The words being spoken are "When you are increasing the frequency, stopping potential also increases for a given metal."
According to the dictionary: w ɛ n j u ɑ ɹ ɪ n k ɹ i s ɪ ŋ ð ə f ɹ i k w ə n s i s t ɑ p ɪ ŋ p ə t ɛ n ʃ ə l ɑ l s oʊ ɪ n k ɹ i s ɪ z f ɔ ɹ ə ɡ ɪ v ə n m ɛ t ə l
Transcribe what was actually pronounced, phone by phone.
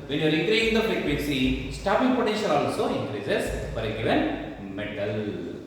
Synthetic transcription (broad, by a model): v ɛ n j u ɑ ɹ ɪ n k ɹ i ɪ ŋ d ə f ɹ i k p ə s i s t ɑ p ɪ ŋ p ə t ɛ n ʃ ə l ɑ l s oʊ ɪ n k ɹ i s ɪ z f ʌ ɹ ə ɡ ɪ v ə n m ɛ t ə l